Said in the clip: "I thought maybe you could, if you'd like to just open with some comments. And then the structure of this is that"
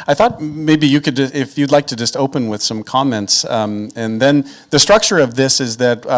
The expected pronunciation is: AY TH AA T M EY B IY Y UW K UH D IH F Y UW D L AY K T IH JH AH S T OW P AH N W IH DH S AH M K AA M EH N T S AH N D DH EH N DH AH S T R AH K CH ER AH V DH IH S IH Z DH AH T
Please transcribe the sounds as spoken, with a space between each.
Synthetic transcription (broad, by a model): AY TH AA T M EY B IY Y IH K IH D IH F Y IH D L AY K T IH JH AH S T OW P AH N W IH DH S AH M K AA M EH N T S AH N DH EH N DH AH S T R AH K CH ER AH V DH IH S IH Z DH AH T